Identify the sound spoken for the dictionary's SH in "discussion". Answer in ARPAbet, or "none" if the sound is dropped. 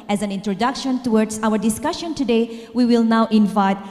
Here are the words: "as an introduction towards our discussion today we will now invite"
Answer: SH